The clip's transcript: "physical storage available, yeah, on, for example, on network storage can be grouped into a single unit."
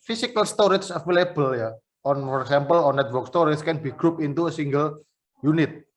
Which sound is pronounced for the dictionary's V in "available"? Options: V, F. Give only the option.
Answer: F